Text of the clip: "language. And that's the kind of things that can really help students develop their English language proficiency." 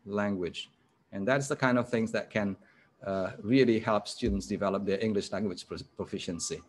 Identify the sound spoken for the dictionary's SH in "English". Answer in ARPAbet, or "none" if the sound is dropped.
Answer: SH